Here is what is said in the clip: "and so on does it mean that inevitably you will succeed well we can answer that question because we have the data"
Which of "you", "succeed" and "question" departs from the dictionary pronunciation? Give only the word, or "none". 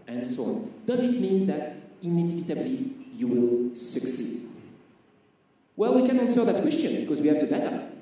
none